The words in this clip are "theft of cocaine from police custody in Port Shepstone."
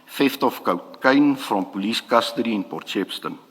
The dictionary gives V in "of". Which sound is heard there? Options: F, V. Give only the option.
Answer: F